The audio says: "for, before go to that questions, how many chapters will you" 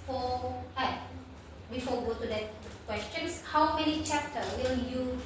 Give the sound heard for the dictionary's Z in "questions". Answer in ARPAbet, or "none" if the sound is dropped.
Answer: S